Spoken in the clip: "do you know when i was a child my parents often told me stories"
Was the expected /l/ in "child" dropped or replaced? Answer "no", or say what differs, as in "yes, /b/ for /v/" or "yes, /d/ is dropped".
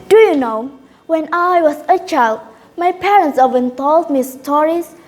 no